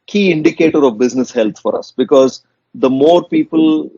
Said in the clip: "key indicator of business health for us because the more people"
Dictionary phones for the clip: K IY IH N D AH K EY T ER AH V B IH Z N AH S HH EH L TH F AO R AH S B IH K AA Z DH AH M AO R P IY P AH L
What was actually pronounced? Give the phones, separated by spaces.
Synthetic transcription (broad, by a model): K IY IH N D AH K EY T ER AH V B IH Z N AH S HH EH L T F AO R AH S B IH K AA Z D AH M AO R P IY P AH L